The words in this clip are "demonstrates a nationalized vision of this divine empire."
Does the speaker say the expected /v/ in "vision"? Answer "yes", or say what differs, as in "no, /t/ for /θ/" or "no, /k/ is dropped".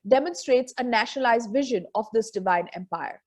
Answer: yes